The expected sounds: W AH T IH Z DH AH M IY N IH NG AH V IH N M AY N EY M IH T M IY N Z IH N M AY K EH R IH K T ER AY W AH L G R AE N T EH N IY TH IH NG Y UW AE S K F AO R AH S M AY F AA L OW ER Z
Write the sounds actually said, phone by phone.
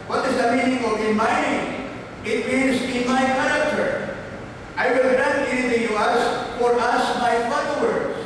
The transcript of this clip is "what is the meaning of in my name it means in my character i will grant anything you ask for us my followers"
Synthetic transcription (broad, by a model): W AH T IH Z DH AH M IY N IH NG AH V IH N M AY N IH IH T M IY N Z IH N M AY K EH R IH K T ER AY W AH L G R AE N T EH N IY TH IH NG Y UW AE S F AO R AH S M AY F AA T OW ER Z